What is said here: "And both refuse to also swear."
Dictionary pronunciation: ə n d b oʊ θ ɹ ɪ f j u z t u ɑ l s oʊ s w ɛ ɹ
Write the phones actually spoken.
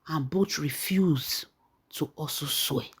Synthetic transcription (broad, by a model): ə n b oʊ t ɹ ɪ f j u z t u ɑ s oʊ s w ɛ